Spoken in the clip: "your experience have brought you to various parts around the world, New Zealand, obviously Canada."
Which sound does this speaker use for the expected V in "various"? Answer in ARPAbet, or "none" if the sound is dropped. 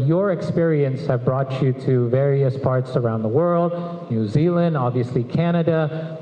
V